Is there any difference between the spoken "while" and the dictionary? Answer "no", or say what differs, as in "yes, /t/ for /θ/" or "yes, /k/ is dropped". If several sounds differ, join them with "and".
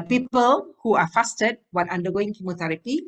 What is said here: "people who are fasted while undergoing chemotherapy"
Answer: yes, /n/ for /l/